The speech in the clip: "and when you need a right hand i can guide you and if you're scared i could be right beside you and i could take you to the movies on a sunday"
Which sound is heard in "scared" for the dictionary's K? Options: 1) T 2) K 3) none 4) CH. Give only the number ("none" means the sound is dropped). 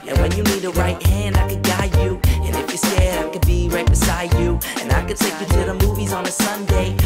3